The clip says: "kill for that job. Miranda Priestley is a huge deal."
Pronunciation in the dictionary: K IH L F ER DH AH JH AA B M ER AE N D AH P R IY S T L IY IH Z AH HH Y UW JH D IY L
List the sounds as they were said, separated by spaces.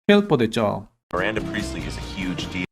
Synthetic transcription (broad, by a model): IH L P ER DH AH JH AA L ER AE N D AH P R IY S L IY IH Z AH HH Y UW JH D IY